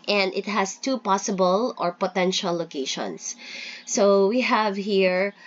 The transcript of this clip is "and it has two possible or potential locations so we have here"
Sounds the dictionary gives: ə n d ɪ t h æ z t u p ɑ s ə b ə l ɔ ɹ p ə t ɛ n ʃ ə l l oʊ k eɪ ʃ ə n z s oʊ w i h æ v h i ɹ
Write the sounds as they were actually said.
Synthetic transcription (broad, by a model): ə n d ɪ t h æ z t u p ɑ s ə b ə l ɔ ɹ p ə t ɛ n ʃ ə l l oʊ k eɪ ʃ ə n s oʊ w i h æ v h i ɹ